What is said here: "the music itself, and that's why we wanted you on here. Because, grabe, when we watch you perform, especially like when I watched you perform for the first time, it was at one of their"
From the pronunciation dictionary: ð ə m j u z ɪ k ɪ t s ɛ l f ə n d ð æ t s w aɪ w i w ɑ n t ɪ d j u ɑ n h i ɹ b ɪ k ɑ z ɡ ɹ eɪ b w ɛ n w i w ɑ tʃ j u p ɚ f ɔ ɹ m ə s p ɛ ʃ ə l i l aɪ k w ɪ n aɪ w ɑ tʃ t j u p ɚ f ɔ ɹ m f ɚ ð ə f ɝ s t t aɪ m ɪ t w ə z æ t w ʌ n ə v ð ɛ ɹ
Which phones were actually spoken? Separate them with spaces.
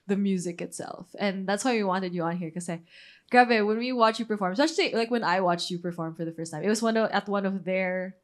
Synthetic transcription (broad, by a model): ð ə m j u z ɪ k ɪ t s ɛ l f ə n ð æ t s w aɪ w i w ɑ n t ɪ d j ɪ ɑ n h i ɹ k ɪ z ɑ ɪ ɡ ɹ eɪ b w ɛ n w i w ɑ tʃ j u p ɚ f ɔ ɹ m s ɛ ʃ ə i l aɪ k w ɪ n aɪ w ɑ tʃ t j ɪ p ɚ f ɔ ɹ m f ɚ ð ə f ɝ s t t aɪ m ɪ t w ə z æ t w ʌ n ə v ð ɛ ɹ